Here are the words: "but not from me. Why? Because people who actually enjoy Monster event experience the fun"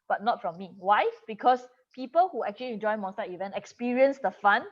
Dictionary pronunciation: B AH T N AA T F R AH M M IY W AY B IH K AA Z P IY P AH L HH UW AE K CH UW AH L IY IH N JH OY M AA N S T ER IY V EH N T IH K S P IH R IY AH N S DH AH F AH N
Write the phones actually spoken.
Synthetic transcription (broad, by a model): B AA T N AA T F R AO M M IY W AY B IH K AA S P IY P AH L HH UW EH K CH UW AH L IY IH N JH OY M AA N S T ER IY V EH N T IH K S P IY R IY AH N S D AH F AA N